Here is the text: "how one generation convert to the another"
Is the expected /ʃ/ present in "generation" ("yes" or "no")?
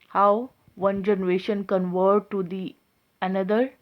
yes